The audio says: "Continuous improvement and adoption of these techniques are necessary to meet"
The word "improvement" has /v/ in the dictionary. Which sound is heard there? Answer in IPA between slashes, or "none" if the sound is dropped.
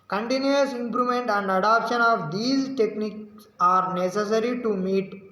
none